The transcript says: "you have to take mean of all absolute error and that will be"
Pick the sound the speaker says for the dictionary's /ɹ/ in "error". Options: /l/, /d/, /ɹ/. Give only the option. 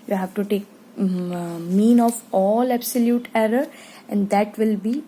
/ɹ/